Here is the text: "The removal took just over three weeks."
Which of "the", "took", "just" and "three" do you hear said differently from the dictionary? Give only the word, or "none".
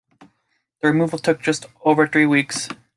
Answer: none